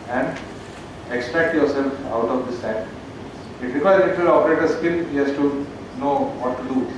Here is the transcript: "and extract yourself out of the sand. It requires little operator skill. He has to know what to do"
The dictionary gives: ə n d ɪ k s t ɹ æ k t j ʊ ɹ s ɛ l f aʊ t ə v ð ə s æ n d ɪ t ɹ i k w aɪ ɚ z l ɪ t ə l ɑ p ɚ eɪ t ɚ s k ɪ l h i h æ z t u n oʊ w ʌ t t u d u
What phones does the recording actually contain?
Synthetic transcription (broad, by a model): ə n d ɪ k s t ɹ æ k t j ʊ ɹ s ɛ l f aʊ t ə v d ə s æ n ɪ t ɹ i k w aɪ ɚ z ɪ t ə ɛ ɑ p ɚ eɪ t ɚ s k ɪ l h i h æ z t u n oʊ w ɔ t t u d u